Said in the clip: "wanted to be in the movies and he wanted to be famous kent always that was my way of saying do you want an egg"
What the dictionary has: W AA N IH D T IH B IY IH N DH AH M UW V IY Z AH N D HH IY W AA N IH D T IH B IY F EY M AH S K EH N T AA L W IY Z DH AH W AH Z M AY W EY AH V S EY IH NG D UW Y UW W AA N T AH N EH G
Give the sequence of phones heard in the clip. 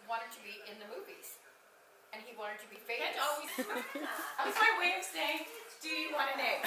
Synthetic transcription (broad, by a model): W AA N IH D T IH B IY IH N DH AH M UW V IY Z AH N IY W AA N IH D T IH B IY F EY AH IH T AA L W IY Z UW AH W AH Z M AY W EY AH V S EY IH NG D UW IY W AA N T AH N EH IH